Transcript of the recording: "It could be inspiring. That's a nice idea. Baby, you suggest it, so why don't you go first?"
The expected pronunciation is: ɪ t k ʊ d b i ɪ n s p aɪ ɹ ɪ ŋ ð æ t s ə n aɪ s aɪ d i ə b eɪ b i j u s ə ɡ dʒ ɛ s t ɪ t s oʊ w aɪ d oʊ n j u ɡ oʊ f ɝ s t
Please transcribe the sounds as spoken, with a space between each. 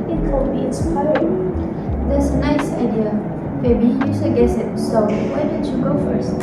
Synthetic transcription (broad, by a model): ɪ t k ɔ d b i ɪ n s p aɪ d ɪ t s ə n aɪ s aɪ d i ə b eɪ b i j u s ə ɡ ɛ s ɪ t s oʊ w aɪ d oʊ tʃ j u ɡ oʊ f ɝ s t